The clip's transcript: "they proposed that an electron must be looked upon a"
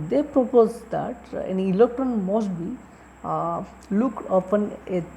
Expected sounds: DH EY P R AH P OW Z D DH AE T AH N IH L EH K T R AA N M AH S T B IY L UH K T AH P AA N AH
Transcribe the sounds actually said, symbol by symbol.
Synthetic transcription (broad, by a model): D EY P R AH P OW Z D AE T AH N IH L EH K T R AA N M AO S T B IY L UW K AH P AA N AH